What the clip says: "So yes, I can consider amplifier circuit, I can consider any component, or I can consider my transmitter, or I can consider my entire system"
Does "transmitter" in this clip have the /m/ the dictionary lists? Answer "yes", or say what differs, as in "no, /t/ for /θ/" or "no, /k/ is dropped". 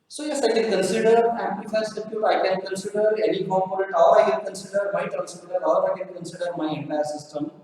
no, /m/ is dropped